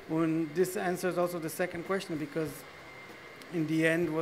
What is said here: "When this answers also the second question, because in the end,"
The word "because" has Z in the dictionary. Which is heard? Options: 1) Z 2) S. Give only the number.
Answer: 1